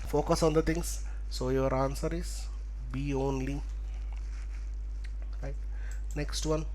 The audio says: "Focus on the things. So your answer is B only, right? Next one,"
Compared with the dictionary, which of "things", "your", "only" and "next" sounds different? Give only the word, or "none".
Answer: things